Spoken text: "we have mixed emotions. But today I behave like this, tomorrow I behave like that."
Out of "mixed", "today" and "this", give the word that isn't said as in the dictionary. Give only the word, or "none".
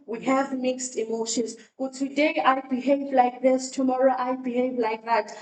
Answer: none